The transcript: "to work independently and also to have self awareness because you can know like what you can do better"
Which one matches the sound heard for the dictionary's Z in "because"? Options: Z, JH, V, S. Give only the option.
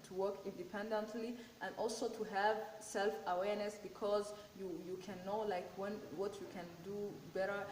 Z